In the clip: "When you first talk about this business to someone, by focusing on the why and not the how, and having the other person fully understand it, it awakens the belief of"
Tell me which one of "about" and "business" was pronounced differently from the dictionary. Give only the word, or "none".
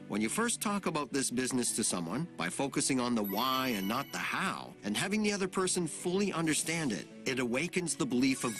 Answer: none